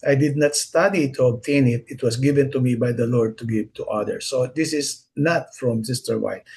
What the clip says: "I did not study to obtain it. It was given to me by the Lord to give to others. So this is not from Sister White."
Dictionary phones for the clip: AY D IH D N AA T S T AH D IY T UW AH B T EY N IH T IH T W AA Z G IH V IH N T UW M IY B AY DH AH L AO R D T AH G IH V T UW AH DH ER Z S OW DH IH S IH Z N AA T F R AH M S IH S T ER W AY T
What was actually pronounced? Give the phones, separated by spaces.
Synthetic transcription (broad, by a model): AY D IH D N AA T S T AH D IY T UW AH B T EY N IH T IH T W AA S G IH V IH N T UW M IY B AY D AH L AO R D T AH G IH V T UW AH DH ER S OW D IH S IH S N AA T F R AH M S IH S T ER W AY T